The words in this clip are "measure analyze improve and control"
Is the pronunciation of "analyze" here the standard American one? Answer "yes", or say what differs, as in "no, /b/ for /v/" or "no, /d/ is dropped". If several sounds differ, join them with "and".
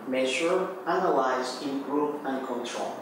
no, /w/ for /l/